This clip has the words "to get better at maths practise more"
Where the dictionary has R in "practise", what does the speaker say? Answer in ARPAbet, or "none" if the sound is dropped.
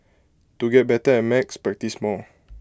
none